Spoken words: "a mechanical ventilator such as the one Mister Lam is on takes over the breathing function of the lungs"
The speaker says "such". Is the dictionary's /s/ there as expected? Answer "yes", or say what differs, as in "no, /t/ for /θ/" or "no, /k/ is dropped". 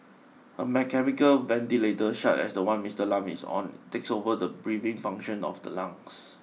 no, /ʃ/ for /s/